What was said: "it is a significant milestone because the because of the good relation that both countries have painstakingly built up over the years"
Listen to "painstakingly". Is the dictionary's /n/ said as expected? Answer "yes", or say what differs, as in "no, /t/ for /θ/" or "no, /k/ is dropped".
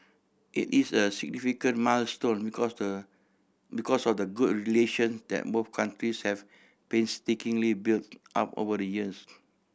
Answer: yes